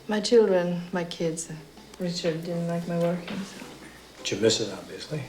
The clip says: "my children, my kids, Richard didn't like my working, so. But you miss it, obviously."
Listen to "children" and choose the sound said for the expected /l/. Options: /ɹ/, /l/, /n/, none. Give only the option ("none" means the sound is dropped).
/l/